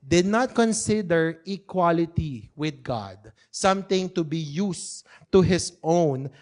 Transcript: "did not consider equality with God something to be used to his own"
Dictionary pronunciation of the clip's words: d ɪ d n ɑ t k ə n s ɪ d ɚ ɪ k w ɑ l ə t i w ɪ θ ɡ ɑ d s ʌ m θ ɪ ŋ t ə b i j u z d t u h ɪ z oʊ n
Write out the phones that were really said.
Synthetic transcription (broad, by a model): d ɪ d n ɑ t k ə n s ɪ d ɚ ɪ k w ɑ l ə t i w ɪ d ɡ ɑ d s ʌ m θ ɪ ŋ t ə b i j u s t u h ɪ s oʊ n